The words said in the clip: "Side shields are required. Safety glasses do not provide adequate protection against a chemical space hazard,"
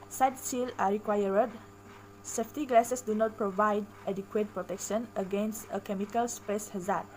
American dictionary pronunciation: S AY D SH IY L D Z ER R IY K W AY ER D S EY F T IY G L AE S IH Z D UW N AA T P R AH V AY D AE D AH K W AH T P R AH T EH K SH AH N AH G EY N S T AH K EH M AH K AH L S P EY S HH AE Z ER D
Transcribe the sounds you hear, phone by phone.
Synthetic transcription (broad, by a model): S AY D S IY L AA R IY K W AY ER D S EY F T IY G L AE S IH S D UW N AA T P R AH V AY D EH D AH K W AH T P R AH T EH K SH AH N AH G EY N S T AH K EH M AH K AH L S P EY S HH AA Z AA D